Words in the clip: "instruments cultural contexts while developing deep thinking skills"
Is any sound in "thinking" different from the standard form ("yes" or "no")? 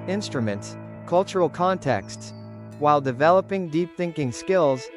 no